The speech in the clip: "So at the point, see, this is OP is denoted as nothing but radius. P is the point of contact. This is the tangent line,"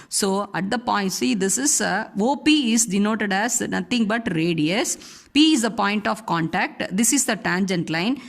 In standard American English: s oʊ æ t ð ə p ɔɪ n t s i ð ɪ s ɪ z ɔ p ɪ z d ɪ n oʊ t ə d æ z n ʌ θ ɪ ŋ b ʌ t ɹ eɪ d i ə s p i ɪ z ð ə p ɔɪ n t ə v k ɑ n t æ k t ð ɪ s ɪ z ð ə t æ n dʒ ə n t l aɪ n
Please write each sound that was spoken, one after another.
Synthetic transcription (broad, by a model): s oʊ æ t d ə p ɔɪ n t s i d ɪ s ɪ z ɔ p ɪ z d ɪ n oʊ t ə d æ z n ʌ t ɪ ŋ b ʌ t ɹ eɪ d i ə s p i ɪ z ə p ɔɪ n t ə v k ɑ n t æ k t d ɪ s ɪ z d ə t æ n dʒ ə n t l aɪ n